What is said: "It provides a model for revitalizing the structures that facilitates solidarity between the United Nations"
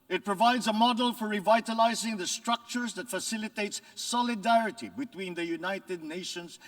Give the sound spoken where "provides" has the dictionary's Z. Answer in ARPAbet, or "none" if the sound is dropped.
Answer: Z